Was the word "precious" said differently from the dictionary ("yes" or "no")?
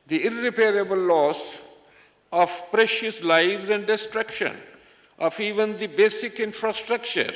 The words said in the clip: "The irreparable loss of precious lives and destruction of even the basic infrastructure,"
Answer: no